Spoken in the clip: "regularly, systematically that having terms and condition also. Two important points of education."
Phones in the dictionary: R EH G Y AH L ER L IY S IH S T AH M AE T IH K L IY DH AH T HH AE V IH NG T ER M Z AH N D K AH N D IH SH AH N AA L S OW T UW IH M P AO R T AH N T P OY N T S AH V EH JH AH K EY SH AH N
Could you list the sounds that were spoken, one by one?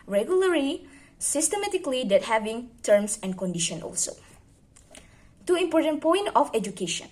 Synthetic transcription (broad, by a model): R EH G Y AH L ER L IY S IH S T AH M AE T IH K L IY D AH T HH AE V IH NG T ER M S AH N K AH N D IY SH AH N AA L S OW T UW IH M P AO R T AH N P OY N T AH F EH JH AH K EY SH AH N